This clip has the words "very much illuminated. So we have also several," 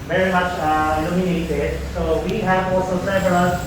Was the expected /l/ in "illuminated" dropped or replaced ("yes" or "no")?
yes